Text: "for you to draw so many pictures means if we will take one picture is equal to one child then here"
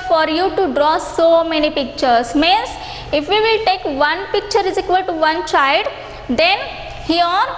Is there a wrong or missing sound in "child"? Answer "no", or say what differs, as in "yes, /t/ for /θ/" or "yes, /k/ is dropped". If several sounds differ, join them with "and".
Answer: no